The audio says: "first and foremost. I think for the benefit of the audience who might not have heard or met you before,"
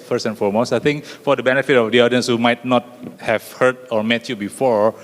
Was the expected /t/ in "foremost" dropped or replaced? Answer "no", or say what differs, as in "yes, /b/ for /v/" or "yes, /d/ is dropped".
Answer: yes, /t/ is dropped